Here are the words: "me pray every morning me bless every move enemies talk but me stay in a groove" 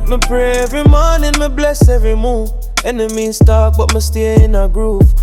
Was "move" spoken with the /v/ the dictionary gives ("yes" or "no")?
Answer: no